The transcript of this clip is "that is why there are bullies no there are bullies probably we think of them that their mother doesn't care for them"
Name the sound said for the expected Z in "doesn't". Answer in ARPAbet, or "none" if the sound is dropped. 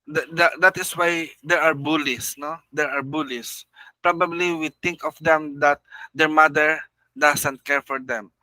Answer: S